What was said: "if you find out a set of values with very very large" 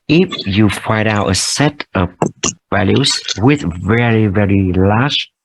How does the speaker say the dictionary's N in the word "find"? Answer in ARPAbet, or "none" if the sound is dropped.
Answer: none